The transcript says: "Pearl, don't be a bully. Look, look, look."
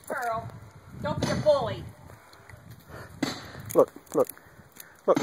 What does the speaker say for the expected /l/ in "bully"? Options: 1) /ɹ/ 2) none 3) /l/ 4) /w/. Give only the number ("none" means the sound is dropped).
2